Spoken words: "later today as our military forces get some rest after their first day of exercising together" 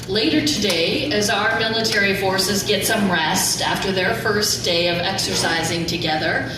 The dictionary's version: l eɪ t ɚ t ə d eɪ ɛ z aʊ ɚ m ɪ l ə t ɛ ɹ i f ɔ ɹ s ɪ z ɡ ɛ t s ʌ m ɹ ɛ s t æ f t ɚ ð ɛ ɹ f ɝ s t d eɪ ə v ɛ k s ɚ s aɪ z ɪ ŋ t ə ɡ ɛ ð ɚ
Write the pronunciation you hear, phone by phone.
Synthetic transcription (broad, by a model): l eɪ t ɚ t ə d eɪ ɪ z aʊ ɚ m ɪ l ə t ɛ ɹ i f ɔ ɹ s ɪ z ɡ ɛ t s ʌ m ɹ ɛ s t æ f t ɚ ð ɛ ɹ f ɝ s d eɪ ə v ɛ k s ɚ s aɪ z ɪ ŋ t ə ɡ ɛ ð ɚ